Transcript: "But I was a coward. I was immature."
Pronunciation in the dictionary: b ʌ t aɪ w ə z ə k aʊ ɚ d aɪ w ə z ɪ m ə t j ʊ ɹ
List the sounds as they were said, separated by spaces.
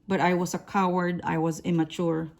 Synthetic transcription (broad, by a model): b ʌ t aɪ w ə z ə k aʊ ɚ d aɪ w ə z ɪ m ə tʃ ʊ ɹ